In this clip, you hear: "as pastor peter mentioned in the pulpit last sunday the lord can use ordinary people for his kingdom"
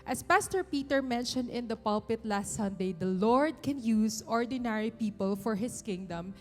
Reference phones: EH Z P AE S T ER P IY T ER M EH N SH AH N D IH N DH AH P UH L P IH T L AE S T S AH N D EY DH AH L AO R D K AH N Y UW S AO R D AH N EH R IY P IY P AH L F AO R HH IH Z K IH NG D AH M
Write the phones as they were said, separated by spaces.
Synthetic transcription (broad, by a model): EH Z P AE S T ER P IY T ER M EH N SH AH N D IH N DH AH P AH L P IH T L AE S T S AH N D EY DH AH L AO R D K AH N Y UW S AO R D AH N EH R IY P IY P AH L F AO R HH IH S K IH NG D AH M